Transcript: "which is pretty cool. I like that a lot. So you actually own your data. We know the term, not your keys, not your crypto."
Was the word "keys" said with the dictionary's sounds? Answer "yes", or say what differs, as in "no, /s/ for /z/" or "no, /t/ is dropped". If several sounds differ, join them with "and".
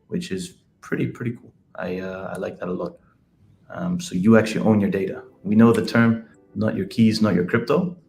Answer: yes